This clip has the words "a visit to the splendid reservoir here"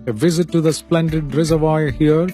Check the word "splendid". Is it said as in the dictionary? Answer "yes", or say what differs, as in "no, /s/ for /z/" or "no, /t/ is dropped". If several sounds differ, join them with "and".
yes